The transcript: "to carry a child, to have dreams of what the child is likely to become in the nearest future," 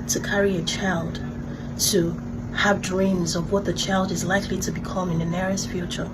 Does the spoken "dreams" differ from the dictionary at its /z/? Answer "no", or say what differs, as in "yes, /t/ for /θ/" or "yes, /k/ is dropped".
no